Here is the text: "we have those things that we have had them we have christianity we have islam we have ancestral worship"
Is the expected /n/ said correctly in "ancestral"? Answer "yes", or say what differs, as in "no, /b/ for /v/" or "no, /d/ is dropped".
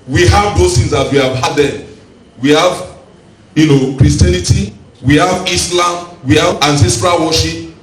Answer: yes